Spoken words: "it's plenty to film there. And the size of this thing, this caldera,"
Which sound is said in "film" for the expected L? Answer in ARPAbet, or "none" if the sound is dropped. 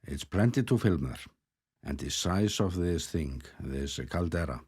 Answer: L